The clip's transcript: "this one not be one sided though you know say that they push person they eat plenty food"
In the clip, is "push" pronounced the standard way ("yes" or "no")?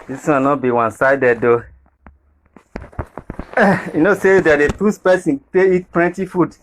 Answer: no